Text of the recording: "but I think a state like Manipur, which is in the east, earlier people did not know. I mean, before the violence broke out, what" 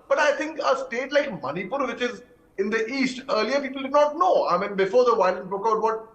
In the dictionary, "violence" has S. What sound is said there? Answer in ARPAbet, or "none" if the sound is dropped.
none